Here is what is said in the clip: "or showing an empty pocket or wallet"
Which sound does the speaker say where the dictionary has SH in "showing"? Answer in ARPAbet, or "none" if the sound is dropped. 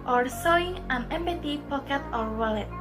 S